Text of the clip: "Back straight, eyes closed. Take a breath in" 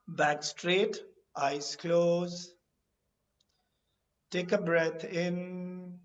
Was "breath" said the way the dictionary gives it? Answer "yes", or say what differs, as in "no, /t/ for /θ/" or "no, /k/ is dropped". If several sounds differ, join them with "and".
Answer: no, /t/ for /θ/